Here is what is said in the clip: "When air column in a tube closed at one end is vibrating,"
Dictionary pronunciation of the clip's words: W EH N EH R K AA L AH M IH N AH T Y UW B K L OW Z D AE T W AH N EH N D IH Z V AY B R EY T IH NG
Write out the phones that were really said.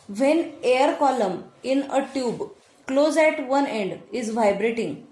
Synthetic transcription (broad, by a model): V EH N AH R K AA L AH M IH N AH T Y UW B K L OW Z AE T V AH N EH N D IH Z V AY B R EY T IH NG